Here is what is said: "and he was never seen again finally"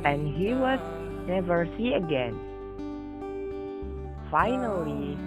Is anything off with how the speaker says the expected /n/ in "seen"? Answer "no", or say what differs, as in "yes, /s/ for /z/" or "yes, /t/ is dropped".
yes, /n/ is dropped